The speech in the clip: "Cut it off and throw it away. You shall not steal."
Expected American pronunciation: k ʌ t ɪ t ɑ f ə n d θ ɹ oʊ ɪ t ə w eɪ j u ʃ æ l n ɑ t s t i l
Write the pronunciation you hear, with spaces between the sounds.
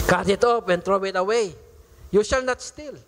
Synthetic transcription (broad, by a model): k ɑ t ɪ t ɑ p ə n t ɹ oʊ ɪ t ə w eɪ j u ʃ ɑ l n ɑ t s t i l